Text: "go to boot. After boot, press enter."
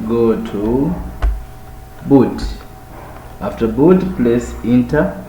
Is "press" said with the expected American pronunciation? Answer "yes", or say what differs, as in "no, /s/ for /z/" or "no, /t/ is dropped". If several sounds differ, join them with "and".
no, /l/ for /ɹ/